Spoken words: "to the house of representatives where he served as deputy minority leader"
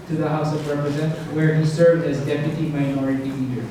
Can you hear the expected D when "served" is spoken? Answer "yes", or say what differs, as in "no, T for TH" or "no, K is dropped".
yes